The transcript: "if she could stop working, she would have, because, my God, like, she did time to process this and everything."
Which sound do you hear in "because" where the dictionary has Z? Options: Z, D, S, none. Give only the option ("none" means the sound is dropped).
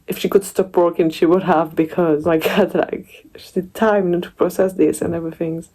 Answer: Z